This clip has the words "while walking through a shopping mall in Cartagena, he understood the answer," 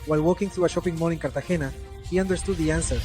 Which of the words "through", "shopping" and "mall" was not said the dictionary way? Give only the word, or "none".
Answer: mall